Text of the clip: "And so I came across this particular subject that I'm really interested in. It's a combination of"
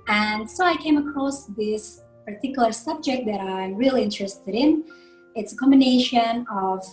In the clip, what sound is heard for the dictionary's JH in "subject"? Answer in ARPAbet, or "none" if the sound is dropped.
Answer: JH